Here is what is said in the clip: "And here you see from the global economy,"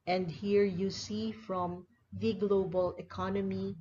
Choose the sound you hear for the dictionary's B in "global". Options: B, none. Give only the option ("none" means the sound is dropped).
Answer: B